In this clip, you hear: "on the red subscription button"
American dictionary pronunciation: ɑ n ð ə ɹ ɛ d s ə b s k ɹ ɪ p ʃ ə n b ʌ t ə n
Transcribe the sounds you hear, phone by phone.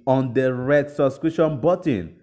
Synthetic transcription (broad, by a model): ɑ n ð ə ɹ ɛ d s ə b s k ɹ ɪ ʃ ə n b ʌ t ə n